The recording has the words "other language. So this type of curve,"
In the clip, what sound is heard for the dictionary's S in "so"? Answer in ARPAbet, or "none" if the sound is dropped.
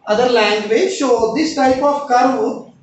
SH